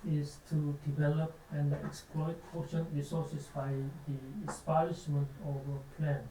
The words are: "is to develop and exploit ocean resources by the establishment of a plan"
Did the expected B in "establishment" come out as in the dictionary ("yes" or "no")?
no